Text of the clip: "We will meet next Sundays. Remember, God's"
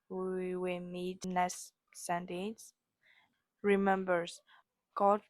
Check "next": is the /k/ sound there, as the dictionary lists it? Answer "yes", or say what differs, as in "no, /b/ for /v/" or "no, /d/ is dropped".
no, /k/ is dropped